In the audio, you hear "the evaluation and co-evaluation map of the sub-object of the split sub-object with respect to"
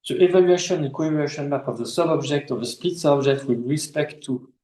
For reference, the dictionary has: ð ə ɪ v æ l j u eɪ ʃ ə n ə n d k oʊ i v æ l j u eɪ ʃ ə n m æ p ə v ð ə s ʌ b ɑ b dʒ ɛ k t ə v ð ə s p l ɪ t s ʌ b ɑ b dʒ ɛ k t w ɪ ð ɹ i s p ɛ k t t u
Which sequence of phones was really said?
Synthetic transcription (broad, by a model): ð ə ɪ v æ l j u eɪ ʃ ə n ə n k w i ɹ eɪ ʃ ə n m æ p ə v ð ə s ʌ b ɑ b dʒ ɛ k t ə v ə s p i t s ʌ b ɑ b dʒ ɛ k t w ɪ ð ɹ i s p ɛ k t t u